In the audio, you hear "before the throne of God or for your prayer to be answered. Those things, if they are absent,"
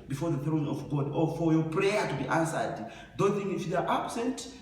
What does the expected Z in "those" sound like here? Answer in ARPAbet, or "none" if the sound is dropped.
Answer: none